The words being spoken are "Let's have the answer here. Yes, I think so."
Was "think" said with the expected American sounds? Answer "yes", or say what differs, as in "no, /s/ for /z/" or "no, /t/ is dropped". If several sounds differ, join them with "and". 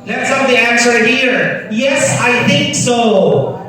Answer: yes